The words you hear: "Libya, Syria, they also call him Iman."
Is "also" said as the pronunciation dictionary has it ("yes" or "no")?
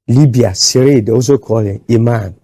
no